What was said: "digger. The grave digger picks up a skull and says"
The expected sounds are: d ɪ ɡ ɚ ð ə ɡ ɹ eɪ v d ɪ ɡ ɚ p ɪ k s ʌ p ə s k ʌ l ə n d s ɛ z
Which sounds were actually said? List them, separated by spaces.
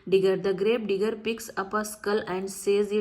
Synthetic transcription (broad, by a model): d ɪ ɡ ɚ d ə ɡ ɹ eɪ b d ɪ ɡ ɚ p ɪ k s ʌ p ə s k ʌ l ə n d s ɛ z